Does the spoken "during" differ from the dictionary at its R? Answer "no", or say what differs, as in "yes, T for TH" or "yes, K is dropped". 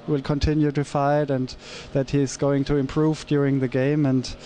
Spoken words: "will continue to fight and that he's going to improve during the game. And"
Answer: no